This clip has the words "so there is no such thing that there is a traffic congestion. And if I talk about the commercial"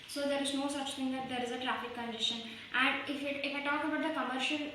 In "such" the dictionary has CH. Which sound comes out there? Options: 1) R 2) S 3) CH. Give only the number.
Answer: 3